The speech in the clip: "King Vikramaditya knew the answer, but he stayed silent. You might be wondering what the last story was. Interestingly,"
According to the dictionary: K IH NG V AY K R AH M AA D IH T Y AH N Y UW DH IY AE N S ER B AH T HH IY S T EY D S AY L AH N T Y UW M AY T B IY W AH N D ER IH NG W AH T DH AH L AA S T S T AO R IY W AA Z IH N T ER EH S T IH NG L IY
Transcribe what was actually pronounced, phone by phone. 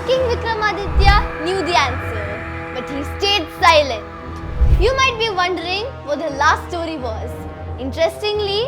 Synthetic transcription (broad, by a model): K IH NG V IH K R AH M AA D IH T Y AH N Y UW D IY AE N S ER B AH T HH IY S T EY D S AY L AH N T Y UW M AY T B IY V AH N D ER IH NG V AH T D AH L AA S T S T AO R IY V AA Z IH N T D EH S T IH NG L IY